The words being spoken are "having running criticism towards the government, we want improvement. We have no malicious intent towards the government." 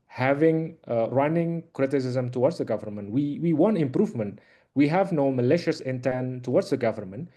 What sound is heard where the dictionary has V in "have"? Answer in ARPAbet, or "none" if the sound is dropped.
V